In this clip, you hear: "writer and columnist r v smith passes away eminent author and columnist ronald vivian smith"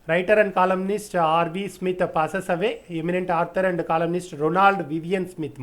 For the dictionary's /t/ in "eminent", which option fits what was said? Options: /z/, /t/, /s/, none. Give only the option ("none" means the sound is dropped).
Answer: /t/